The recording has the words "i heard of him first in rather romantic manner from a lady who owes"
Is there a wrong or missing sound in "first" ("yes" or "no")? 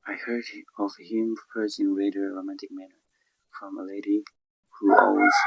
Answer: yes